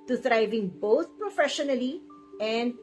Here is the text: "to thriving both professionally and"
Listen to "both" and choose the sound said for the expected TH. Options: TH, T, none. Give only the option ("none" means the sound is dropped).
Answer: T